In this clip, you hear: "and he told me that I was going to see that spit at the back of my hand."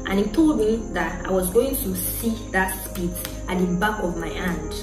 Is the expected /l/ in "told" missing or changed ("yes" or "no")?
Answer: no